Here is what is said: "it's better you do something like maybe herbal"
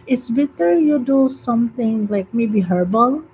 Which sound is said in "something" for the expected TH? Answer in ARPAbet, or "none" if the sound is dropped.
T